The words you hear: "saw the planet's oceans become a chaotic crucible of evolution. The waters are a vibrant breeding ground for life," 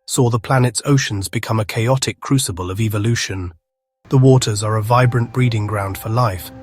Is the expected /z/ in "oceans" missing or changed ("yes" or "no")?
no